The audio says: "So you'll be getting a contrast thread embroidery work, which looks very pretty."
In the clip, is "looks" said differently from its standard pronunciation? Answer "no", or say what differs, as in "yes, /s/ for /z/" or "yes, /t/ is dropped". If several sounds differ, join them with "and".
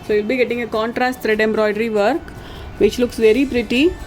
no